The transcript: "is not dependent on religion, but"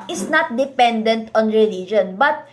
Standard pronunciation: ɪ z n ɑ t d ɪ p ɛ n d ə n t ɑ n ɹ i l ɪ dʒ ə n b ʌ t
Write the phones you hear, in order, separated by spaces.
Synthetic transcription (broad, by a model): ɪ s n ɑ t d ɪ p ɛ n d ə n t ɑ n ɹ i l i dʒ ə n b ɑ t